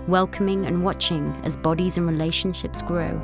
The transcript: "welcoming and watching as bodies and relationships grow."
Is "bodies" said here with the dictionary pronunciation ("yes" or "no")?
yes